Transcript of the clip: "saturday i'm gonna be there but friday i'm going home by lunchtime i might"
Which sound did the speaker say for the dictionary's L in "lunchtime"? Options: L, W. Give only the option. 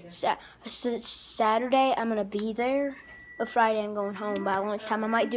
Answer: W